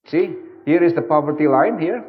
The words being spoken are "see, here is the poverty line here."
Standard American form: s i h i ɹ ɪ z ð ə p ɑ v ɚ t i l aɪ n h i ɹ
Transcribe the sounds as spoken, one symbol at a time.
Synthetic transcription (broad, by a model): s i h i ɹ ɪ z ð ə p ɑ v ɚ t i l aɪ n h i ɹ